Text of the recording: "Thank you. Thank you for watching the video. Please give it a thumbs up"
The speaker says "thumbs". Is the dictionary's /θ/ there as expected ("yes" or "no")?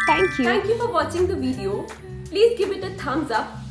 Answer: no